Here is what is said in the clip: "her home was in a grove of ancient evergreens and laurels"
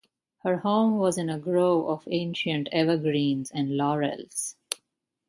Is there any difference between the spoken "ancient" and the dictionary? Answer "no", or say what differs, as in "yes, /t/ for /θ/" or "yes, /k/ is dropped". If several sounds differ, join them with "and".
no